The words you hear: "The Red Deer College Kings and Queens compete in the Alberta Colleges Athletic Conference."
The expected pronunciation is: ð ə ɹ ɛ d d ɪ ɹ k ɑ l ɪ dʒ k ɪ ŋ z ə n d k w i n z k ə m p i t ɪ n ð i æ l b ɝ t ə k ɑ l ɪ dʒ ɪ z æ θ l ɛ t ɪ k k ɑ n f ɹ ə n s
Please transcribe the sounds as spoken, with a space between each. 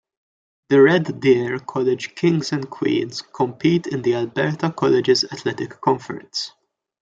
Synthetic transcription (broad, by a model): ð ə ɹ ɛ d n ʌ ɹ k ɑ l ɪ dʒ k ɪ ŋ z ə n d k w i n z k ə m p i t ɪ n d i æ l b ɝ t ə k ɑ l ɪ dʒ ɪ z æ t l ɛ t ɪ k k ɑ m f ɹ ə n s